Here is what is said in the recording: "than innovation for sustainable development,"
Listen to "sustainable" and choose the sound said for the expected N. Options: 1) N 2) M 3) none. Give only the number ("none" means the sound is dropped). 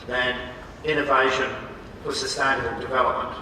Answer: 3